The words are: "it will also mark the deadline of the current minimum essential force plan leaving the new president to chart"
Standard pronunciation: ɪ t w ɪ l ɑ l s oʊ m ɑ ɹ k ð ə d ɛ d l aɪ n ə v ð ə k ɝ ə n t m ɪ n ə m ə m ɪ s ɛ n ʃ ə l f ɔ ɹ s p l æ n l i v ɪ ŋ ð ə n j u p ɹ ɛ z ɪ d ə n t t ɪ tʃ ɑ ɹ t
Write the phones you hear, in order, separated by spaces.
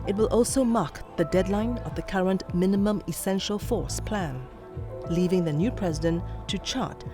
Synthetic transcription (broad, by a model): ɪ t w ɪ l ɑ l s oʊ m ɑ k ð ə d ɛ d l aɪ n ə v ð ə k ɝ ə n t m ɪ n ə m ə m ɪ s ɛ n ʃ ə l f ɔ ɹ s p l æ n l i v ɪ ŋ ð ə n j u p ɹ ɛ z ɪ d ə n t t ɪ tʃ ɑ ɹ t